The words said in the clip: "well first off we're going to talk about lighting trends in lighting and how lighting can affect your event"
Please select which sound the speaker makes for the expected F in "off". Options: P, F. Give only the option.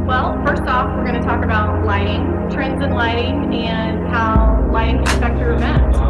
F